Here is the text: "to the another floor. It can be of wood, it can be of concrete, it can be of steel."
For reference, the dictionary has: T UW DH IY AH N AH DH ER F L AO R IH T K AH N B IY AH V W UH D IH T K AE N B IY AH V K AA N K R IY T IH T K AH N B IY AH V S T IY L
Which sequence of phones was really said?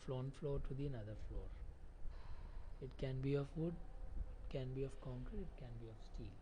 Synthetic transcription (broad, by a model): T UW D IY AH N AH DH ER F L AO R IH T K AH N B IY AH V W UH D IH T K AE N B IY AH V K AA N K IY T IH T K AH N B IY AH V S T IY L